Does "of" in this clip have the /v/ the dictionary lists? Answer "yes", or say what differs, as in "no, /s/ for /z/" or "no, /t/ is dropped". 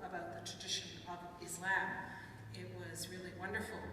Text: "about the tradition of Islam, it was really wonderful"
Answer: yes